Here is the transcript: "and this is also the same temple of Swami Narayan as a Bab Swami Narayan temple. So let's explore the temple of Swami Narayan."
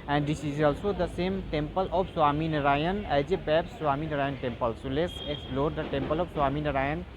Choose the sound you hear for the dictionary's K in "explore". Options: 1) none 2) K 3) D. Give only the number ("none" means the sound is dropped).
2